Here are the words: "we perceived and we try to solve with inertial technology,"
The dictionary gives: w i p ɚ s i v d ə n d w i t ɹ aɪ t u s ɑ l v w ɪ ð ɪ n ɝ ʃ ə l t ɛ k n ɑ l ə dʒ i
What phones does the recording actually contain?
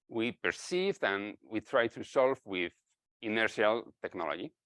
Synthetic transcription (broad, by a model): w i p ɚ s i v d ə n w i t ɹ aɪ t u s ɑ l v w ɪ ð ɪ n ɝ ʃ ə l t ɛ k n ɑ l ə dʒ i